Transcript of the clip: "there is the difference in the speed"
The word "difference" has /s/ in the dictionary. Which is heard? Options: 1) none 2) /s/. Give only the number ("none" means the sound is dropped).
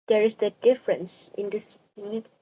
2